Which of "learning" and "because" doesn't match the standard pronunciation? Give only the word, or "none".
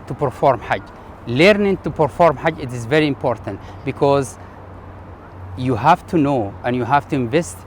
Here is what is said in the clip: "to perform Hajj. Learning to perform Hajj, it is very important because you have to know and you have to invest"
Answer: none